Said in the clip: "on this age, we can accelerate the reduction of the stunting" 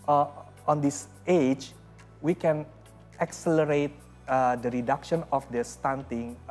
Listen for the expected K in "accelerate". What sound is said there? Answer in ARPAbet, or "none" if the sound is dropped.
K